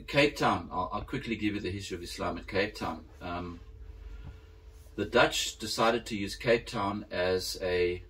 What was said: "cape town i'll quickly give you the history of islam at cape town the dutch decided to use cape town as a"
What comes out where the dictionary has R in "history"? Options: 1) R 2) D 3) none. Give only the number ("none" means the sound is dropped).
3